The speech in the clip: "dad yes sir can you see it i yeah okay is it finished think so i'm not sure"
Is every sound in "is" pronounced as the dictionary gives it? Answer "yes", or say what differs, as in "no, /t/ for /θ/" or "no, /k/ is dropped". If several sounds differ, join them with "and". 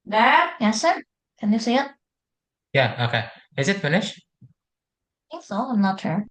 yes